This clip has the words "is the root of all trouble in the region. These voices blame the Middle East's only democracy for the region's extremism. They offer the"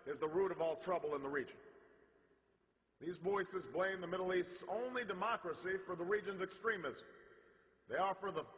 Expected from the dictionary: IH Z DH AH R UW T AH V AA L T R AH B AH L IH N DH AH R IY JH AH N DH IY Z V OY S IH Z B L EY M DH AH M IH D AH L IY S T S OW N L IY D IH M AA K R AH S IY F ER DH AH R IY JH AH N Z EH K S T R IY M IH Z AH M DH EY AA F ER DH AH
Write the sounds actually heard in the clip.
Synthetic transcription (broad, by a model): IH Z DH AH R UW T AH V AA L T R AH B L IH N DH AH R IY JH AH N DH IY Z V OY S IH Z B L EY M DH AH M IH D L IY S T S OW N L IY D IH M AA K R AH S IY F ER DH AH R IY JH AH N Z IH K S T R IY M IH Z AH M DH EY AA F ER DH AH